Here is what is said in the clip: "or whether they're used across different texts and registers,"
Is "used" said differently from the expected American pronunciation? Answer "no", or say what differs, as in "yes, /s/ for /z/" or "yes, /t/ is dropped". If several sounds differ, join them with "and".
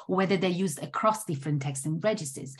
no